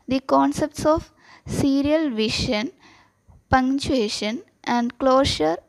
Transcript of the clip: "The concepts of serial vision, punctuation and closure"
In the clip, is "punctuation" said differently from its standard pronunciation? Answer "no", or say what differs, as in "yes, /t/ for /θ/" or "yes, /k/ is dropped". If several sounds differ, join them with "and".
yes, /k/ is dropped